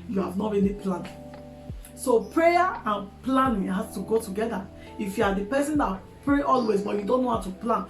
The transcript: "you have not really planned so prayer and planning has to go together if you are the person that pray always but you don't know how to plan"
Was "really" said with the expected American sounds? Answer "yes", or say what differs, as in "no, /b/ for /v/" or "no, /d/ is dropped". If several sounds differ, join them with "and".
no, /n/ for /l/